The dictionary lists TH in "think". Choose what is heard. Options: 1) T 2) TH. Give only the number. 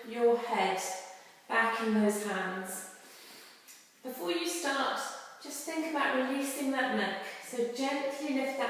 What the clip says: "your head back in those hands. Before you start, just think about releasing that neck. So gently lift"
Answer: 2